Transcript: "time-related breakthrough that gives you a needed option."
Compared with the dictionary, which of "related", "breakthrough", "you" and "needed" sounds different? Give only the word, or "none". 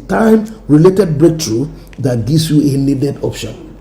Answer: breakthrough